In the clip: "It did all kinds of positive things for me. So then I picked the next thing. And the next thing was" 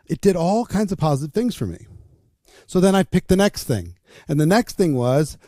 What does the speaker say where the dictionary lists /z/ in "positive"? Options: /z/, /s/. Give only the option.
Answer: /z/